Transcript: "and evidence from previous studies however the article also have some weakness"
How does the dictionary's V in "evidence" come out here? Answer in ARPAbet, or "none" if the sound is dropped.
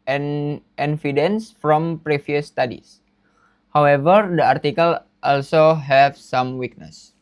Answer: F